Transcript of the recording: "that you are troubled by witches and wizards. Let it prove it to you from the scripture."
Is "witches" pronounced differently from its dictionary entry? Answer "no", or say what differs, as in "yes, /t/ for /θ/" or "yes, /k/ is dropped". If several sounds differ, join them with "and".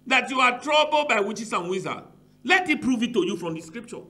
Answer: yes, /s/ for /z/